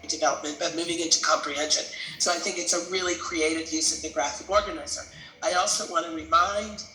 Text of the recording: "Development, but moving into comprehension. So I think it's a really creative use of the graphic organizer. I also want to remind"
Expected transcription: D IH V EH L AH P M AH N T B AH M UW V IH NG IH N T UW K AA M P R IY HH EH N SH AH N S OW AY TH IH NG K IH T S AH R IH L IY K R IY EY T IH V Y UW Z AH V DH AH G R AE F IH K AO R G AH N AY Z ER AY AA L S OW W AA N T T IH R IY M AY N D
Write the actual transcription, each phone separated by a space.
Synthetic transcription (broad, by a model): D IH V EH L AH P M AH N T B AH M UW V IH NG IH N T UW K AA M P R IY HH EH N SH AH N S OW AY TH IH NG K IH T S AH R IH L IY K R IY EY T IH V Y UW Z AH V DH AH G R AE F IH K AO R G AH N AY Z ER AY AA L S OW W AA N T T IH R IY M AY N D